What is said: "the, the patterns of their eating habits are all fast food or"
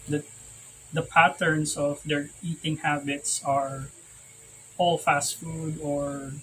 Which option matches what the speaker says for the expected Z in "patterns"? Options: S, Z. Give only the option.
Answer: S